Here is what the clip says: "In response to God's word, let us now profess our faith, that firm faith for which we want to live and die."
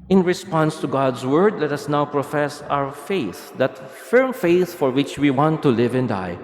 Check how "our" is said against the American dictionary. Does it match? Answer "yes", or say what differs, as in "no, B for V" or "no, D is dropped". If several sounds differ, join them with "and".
no, W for R